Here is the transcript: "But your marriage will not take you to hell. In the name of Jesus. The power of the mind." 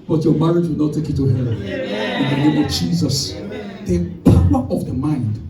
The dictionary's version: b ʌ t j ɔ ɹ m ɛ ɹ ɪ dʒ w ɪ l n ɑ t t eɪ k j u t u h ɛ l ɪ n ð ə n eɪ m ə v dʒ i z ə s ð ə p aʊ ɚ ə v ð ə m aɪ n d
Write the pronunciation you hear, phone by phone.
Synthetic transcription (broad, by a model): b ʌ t j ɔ m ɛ ɹ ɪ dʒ w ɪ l n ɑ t t eɪ k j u t u h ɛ n ɪ n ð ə n eɪ m ə v dʒ i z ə s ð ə p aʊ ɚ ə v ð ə m aɪ n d